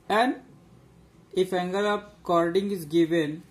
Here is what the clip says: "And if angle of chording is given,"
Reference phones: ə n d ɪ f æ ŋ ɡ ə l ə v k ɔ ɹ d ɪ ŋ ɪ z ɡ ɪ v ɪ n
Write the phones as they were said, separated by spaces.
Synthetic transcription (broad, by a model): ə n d ɪ f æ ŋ ɡ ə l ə p k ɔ ɹ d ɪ ŋ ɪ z ɡ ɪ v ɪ n